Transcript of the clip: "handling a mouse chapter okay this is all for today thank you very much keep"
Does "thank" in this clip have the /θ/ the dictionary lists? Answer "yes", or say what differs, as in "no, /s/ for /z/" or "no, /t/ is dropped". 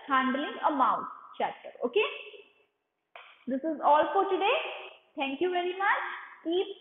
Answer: no, /t/ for /θ/